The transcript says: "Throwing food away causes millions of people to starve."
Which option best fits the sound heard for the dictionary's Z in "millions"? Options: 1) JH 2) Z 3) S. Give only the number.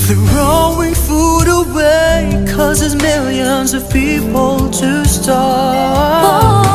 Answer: 2